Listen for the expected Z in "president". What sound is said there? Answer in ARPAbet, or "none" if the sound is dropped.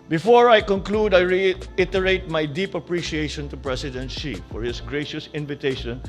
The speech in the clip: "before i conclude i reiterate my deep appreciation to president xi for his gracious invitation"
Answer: S